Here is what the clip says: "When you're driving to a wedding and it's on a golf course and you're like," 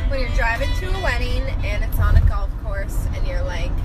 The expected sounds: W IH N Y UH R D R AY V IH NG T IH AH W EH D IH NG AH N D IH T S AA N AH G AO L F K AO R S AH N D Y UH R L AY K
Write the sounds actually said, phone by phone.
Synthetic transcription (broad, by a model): W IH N Y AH R D R AY V IH NG T IH AH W EH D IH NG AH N IH T S N AH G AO L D K AO R S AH N Y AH R L AY K